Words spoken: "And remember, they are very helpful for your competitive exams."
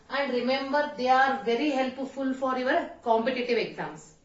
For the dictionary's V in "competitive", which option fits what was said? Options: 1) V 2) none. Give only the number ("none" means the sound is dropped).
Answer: 1